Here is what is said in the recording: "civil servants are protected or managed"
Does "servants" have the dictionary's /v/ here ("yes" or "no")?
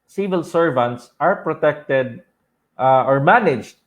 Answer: yes